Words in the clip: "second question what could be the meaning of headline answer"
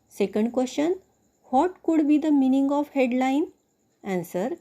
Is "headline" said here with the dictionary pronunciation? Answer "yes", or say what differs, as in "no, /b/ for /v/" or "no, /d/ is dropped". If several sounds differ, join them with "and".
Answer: yes